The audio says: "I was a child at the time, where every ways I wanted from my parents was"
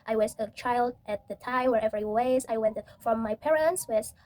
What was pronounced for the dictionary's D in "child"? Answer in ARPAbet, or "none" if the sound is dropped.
D